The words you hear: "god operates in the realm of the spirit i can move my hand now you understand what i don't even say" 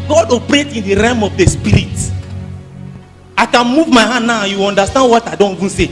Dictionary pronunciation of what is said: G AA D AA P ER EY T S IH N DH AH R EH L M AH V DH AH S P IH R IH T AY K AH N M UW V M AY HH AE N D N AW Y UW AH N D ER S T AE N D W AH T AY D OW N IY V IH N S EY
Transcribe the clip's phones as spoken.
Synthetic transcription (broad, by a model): G AA D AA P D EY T IH N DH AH R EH M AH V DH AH S P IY R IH T AY K AH N M UW V M AY HH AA N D N AW Y UW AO N D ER S T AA N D W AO T AY D OW N IY V IH N S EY